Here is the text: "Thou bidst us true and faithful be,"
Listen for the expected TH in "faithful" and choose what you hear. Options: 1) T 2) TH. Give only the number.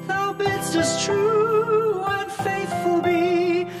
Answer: 2